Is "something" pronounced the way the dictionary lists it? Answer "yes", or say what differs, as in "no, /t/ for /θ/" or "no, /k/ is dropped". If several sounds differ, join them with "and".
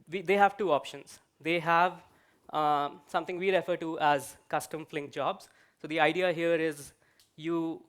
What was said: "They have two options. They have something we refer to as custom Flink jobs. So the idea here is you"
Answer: no, /t/ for /θ/